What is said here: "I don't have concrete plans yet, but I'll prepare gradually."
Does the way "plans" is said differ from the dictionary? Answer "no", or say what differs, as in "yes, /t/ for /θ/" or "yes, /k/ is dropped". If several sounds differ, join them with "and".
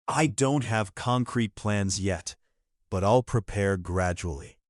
no